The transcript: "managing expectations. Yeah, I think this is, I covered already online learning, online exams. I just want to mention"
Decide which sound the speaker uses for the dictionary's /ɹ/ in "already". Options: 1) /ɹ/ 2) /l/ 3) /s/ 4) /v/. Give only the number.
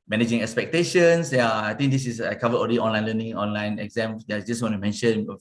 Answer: 2